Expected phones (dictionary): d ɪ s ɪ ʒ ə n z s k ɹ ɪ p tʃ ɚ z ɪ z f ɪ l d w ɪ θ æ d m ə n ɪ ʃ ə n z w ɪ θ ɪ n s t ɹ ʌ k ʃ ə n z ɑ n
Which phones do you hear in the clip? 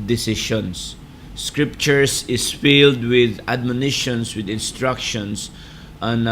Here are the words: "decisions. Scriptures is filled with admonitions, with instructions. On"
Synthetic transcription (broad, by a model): d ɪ s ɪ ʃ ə n s k ɹ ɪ p tʃ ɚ s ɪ s f ɪ l d w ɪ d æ d m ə n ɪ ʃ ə n s w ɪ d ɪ n s t ɹ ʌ k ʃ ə n s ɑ n